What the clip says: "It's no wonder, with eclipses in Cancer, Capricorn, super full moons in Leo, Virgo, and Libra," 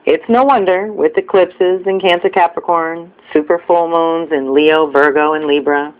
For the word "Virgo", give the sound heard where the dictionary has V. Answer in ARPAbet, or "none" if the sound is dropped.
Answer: V